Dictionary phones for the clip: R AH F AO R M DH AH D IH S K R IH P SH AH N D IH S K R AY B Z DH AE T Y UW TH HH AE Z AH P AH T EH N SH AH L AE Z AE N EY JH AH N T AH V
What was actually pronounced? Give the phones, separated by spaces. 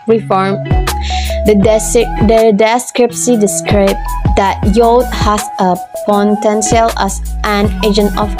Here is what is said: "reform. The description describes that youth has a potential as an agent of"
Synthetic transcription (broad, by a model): R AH F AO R M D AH D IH S K R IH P S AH D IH S K R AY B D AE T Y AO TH HH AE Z AH P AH T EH N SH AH L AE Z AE N EY JH AH N T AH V